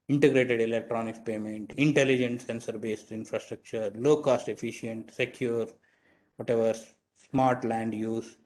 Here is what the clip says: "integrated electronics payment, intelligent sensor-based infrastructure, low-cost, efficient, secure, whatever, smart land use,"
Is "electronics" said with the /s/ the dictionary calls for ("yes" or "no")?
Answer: no